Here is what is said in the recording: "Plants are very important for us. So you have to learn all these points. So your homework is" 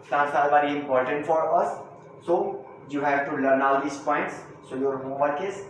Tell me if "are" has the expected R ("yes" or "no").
no